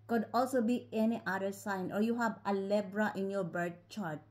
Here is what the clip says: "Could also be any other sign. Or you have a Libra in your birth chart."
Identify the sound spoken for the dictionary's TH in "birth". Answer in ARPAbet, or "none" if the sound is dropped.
T